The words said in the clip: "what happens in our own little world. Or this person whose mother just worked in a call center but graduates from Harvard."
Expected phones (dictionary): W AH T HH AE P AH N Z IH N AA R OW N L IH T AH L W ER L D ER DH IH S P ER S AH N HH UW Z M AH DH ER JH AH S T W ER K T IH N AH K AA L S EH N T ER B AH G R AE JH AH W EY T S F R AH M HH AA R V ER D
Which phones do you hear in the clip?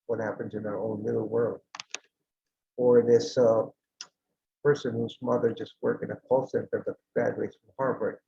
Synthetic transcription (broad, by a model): W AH T HH AE P AH N Z IH N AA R OW N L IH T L W ER L D ER DH IH S P ER S AH N HH UW Z M AH DH ER JH AH S T W ER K IH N AH K AA L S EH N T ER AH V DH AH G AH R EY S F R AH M HH AA R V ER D